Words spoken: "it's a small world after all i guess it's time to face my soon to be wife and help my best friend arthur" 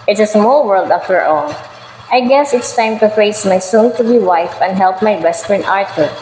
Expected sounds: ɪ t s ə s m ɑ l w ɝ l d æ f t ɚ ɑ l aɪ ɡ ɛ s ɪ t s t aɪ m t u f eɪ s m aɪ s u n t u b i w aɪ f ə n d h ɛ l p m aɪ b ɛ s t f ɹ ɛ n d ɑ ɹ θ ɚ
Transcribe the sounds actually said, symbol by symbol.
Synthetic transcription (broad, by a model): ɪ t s ə s m ɑ l w ɝ l d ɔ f t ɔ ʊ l aɪ ɡ ɛ s ɪ t s t aɪ m t u f eɪ s m aɪ s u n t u b i w aɪ f ə n d h ɛ l p m aɪ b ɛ s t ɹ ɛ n ɑ ɹ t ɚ